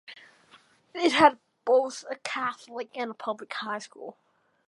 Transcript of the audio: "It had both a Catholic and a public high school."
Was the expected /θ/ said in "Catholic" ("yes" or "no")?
yes